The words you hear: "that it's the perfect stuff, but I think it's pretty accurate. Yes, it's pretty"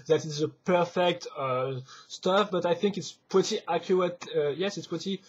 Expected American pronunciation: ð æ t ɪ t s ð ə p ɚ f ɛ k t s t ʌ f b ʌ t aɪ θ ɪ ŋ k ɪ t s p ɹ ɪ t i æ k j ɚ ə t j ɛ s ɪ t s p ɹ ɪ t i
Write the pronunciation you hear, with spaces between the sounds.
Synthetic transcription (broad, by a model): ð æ t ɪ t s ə p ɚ f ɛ k t s t ʌ f b ʌ t aɪ θ ɪ ŋ k ɪ t s p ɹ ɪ t i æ k j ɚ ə t j ɛ s ɪ t s p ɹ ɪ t i